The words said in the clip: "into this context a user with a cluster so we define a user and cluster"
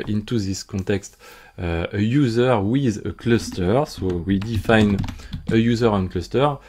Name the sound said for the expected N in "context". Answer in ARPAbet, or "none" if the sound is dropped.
none